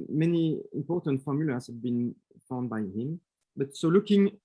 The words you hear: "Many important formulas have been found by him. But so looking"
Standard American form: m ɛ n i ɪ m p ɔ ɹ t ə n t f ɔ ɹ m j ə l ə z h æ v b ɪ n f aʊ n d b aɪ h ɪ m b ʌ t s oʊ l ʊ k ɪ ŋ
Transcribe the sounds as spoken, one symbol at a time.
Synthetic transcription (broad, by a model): m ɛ n i ɪ m p ɔ ɹ t ə n t f ɔ ɹ m j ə l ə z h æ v b ɪ n f aʊ n d b aɪ h ɪ m b ʌ t s oʊ l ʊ k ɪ ŋ